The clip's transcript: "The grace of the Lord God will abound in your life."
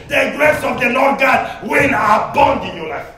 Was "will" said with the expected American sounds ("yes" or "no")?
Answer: no